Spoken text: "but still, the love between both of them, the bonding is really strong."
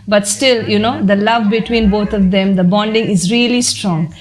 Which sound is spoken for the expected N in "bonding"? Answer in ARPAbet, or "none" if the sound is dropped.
N